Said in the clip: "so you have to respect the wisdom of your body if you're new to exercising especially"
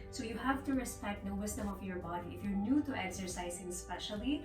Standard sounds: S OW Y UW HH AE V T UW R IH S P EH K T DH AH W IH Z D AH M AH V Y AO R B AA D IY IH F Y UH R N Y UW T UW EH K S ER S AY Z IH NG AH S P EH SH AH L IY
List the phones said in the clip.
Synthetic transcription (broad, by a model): S OW Y UW HH AE V T UW R IH S P EH K T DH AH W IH S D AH M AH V Y AO R B AA D IY IH F Y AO R N Y UW T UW EH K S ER S AY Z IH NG S P EH SH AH L IY